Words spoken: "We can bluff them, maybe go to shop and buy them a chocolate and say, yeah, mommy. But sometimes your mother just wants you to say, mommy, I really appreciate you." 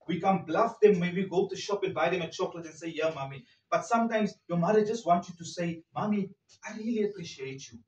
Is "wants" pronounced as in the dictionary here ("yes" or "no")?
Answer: no